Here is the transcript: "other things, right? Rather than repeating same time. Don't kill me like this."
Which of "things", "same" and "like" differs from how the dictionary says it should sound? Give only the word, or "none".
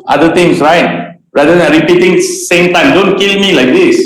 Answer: things